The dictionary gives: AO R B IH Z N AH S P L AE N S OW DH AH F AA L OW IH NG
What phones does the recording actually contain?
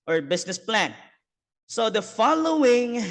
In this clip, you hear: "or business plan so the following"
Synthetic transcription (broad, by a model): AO R B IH S N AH S P L AE N S OW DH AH F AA L OW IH NG